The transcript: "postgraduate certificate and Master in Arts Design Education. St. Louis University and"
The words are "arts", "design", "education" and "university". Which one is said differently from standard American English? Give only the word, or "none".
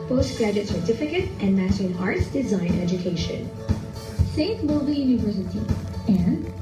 none